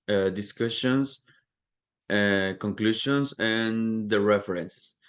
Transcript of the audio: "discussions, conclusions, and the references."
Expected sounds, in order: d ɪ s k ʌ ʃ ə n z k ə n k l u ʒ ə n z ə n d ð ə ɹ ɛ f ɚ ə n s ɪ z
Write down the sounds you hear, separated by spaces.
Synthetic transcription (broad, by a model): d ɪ s k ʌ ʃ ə n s k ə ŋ k l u ʃ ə n s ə n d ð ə ɹ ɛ f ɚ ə n s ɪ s